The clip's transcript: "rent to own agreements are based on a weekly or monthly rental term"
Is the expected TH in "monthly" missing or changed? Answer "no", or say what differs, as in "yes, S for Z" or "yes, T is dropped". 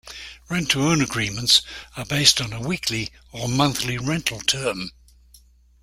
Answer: no